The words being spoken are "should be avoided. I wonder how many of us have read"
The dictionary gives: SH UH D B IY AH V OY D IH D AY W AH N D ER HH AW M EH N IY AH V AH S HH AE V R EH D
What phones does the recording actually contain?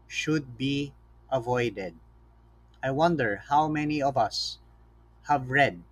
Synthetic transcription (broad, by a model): SH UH D B IY AH V OY D IH D AY W AH N D ER HH AW M EH N IY AH V AH S HH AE V R EH D